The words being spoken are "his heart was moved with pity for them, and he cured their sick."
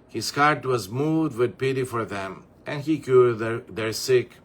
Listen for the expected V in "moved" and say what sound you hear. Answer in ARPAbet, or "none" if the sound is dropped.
none